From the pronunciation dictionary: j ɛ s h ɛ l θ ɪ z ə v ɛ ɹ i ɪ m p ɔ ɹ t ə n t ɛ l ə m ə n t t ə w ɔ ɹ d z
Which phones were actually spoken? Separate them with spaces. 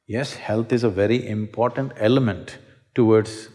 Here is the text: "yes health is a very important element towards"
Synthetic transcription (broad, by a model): j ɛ s h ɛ l t ɪ z ə v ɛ ɹ i ɪ m p ɔ ɹ t ə n t ɛ l ə m ə n t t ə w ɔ ɹ d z